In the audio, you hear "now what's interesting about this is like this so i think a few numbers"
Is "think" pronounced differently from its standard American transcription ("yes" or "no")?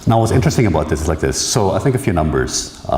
no